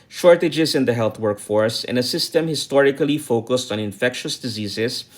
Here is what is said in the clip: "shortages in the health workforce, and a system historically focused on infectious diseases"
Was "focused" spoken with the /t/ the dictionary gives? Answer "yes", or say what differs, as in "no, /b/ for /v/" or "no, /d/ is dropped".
yes